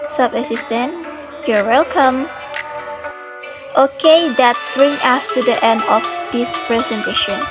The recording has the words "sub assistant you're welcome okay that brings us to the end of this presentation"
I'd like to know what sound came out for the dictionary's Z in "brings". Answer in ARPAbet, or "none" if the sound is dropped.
none